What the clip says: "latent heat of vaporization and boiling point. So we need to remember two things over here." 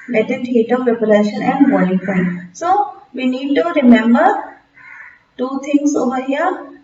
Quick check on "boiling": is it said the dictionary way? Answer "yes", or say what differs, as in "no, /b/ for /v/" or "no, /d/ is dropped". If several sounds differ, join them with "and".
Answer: no, /l/ is dropped